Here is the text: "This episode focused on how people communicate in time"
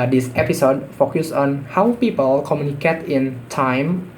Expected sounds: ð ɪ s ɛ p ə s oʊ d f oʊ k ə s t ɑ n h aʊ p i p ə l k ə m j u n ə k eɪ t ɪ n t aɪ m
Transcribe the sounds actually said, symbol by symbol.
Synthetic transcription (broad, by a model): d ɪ s ɛ p ə s oʊ d f oʊ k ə s ɑ n h aʊ p i p ə l k ə m j u n ə k eɪ t ɪ n t aɪ m